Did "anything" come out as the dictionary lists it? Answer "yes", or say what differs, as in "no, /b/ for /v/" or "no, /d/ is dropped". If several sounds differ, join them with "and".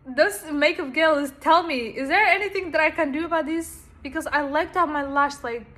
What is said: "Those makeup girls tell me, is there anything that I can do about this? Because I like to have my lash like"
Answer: yes